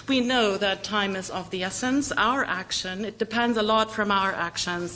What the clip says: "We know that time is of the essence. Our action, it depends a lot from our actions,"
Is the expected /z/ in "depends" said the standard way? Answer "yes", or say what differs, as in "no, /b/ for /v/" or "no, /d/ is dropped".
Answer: yes